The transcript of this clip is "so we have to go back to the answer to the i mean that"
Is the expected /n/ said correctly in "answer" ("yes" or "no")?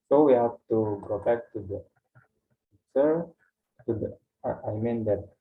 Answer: no